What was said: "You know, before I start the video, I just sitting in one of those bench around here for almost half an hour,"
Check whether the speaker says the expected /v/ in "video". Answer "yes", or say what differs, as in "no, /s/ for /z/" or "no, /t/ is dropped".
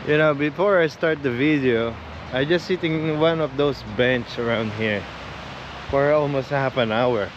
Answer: yes